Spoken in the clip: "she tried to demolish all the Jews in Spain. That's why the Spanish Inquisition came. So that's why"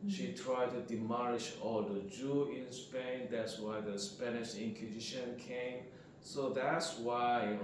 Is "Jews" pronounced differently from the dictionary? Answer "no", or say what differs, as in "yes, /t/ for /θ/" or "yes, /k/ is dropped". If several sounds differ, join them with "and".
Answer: yes, /z/ is dropped